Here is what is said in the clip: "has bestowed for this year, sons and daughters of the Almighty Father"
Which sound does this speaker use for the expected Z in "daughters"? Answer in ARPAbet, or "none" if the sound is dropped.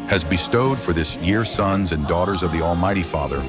Z